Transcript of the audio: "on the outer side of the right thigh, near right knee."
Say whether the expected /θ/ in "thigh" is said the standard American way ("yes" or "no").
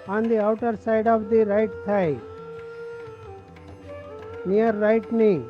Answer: no